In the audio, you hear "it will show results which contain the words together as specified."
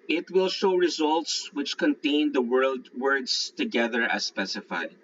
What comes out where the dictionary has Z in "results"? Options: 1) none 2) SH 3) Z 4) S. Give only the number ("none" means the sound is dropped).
3